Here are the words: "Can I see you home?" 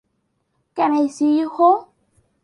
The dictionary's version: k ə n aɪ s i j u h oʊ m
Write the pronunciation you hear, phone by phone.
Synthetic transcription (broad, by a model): k ə n aɪ s i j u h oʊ